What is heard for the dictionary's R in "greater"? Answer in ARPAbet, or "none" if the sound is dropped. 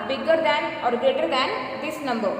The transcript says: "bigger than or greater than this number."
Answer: none